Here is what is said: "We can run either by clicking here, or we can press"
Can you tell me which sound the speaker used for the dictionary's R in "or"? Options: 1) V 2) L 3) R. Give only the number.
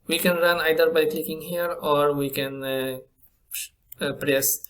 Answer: 3